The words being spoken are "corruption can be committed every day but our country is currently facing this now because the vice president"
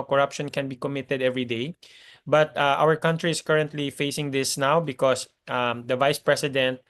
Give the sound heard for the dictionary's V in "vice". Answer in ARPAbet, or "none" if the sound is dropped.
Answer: V